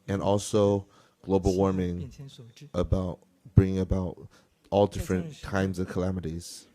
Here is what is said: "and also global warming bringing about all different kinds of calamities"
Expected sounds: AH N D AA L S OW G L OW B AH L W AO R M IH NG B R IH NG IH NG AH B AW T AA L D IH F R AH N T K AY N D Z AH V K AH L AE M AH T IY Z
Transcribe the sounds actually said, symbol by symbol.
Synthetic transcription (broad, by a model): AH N AA L S OW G L OW B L W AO R M IH NG B R IH NG IH NG AH B AW T AA L D IH F R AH N K AY N D Z AH V K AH L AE M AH T IY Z